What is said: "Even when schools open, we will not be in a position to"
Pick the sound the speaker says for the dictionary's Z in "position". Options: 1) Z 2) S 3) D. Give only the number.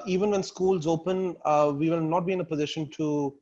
1